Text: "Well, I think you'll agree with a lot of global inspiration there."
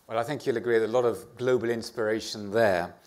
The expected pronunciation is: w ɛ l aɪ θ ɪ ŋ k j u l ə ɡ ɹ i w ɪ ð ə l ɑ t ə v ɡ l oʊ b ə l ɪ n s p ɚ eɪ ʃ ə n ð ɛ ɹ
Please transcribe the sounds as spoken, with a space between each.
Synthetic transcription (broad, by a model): w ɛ l aɪ θ ɪ ŋ k j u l ə ɡ ɹ i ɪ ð ə l ɑ t ə v ɡ l oʊ b ə l ɪ n s p ɚ eɪ ʃ ə n ð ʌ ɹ